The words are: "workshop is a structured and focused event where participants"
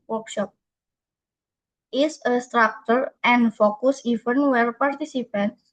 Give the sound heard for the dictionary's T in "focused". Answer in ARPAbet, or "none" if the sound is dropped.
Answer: none